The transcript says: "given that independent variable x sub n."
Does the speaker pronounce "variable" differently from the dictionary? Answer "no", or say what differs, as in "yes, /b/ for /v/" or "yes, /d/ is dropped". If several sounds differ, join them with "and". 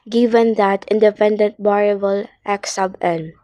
yes, /b/ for /v/